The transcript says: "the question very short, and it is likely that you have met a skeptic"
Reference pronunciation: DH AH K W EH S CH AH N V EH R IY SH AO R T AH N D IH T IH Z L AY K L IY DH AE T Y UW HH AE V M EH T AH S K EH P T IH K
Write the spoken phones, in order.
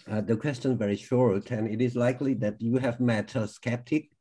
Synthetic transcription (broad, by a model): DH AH K W EH S CH AH N V EH R IY SH AO R T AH N IH T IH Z L AY K L IY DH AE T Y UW HH AE V M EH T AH S K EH P T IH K